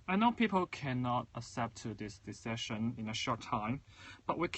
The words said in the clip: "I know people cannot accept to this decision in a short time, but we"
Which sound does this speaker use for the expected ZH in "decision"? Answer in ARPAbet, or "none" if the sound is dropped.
SH